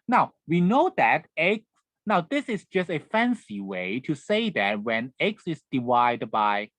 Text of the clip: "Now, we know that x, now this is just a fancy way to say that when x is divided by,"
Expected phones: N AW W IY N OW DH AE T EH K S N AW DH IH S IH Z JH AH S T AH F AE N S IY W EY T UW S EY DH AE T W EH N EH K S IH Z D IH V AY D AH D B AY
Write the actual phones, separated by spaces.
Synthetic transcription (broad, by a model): N AW W IY N OW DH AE T EH K S N AW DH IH S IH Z JH AH S T AH F AE N S IY W EY T UW S EY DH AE T W EH N EH K S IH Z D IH W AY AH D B AY